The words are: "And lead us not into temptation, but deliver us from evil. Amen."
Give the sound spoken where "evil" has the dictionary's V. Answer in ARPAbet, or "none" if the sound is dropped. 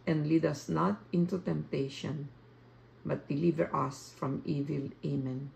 V